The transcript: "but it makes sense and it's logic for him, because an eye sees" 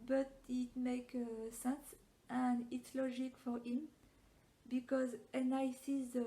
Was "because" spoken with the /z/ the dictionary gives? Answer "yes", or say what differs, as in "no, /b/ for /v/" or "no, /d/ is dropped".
yes